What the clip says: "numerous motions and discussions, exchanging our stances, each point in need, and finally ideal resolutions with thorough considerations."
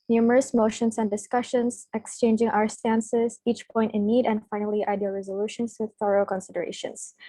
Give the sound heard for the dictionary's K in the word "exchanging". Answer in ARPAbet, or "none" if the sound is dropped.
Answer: K